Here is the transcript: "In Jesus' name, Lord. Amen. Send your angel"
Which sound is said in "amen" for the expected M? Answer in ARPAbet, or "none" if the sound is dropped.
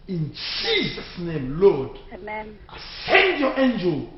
none